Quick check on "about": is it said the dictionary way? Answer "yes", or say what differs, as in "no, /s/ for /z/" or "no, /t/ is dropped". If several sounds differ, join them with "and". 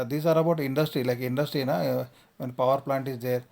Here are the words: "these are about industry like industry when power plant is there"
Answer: yes